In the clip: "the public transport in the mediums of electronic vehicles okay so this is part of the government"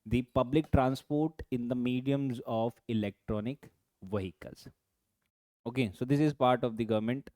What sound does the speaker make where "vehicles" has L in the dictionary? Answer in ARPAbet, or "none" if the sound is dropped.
none